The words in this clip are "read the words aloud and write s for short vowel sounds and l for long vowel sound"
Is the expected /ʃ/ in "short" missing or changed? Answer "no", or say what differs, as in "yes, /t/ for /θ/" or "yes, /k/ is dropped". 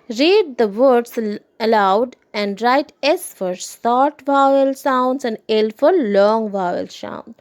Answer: yes, /s/ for /ʃ/